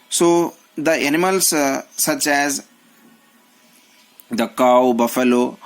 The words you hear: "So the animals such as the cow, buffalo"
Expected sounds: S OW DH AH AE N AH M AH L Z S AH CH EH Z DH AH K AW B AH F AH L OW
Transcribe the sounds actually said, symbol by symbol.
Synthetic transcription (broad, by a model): S OW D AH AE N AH M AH L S S AH CH EH Z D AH K AW B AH F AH L OW